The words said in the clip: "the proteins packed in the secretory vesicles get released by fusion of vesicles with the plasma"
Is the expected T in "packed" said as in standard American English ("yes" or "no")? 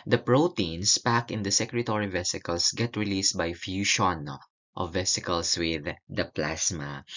no